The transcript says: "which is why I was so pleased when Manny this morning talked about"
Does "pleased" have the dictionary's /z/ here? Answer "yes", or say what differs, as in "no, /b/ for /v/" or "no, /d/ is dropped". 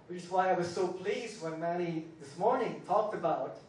yes